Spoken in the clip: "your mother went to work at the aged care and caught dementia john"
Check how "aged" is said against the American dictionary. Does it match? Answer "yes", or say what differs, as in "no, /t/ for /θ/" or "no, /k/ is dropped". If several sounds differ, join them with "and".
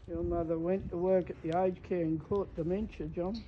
no, /dʒ/ is dropped